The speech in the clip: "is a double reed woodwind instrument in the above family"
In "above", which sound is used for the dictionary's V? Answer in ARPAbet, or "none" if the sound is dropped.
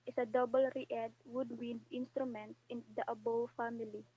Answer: W